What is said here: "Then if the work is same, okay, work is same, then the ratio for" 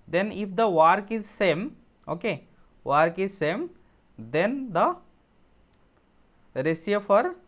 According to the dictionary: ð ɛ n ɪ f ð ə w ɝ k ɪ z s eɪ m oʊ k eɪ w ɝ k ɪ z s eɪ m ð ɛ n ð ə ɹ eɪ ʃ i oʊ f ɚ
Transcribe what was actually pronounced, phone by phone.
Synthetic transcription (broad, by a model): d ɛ n ɪ f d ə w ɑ k ɪ z s eɪ m oʊ k eɪ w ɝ k ɪ z s eɪ m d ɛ n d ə ɹ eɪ s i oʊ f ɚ